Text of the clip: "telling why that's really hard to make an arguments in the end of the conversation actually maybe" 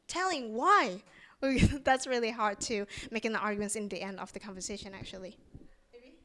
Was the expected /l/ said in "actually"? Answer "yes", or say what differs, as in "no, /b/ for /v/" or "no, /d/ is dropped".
no, /l/ is dropped